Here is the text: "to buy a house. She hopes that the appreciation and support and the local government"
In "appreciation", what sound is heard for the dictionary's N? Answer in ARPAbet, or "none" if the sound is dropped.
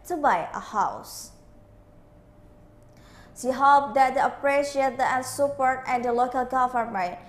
none